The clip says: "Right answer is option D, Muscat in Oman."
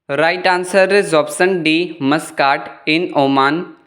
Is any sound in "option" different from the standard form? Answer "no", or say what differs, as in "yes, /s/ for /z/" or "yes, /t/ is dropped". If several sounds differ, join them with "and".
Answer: yes, /s/ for /ʃ/